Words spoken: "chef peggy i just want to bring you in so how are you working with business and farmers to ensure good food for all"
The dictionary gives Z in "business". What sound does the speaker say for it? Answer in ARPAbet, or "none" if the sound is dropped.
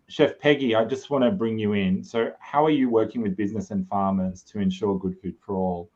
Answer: Z